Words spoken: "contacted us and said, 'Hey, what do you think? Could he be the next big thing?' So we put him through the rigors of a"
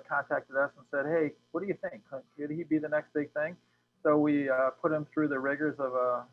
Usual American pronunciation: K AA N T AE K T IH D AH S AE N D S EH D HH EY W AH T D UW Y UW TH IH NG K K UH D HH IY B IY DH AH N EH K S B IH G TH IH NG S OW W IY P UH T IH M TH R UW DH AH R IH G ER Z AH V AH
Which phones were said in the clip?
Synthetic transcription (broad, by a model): K AA N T AE K T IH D AH S N S EH D HH EY W AH T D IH Y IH TH IH NG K K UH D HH IY B IY DH AH N EH K S B IH G TH IH NG S OW W IY P UH T IH M TH R UW DH AH R IH G ER Z AH V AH